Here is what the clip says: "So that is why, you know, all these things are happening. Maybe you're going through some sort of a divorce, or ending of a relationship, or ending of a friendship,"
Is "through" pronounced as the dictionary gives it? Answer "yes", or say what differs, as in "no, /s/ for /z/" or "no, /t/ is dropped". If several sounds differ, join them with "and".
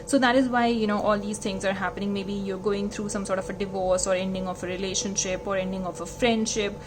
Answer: no, /t/ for /θ/